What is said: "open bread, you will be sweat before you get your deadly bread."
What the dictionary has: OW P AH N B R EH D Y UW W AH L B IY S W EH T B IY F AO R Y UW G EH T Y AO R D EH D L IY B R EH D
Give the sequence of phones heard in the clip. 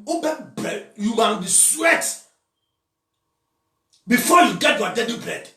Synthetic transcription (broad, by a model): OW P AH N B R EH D Y UW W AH N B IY S W EH T B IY F AO Y UW G EH T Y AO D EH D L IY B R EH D